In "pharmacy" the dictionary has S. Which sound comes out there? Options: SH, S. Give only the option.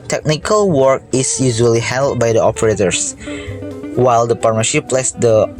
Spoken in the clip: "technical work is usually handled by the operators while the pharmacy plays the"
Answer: SH